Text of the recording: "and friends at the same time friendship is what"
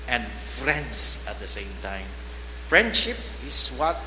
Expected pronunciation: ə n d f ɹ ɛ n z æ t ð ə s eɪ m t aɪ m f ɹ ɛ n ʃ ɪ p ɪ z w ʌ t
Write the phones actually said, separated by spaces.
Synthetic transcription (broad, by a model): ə n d f ɹ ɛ n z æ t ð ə s eɪ m t aɪ m f ɹ ɛ n ʃ ɪ p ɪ s w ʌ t